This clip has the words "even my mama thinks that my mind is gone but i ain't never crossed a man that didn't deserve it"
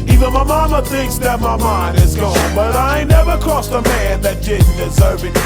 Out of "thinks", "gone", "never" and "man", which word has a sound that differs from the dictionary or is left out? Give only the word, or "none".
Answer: none